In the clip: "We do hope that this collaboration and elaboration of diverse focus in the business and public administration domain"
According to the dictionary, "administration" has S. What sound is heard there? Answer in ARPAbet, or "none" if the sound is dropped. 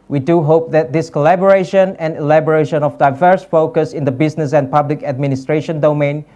S